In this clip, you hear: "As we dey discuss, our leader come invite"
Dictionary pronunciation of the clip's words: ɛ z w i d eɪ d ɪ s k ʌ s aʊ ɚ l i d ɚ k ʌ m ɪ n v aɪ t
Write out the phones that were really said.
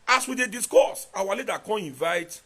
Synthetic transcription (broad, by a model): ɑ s w i d eɪ d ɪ s k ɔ s aʊ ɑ l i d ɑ k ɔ ɪ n v aɪ t